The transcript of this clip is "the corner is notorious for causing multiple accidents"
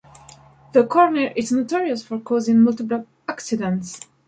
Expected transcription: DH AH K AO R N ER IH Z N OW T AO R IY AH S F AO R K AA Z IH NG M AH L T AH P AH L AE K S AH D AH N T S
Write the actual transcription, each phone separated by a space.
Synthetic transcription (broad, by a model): DH AH K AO R N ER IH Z N OW T AO R IY AH S F AO R K AA Z IH NG M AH L T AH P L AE K S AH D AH N T S